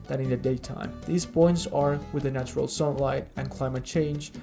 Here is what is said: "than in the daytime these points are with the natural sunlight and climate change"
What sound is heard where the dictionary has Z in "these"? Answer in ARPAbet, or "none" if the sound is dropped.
Z